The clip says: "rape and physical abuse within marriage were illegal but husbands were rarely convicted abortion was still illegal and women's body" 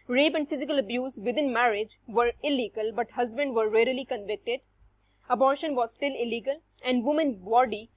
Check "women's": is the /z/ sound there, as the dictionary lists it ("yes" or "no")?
no